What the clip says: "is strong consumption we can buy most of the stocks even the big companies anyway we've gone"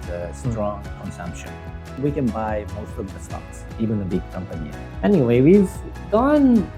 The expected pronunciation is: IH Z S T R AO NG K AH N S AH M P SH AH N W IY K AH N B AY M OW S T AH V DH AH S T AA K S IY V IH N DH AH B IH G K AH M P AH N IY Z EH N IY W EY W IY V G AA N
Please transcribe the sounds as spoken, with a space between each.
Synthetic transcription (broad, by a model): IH S T R AO NG K AH N S AH M P SH AH N W IY K AH N B AY M OW S T AH V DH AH S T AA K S IY V IH N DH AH B IH G K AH M P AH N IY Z EH N IY W EY W IY V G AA N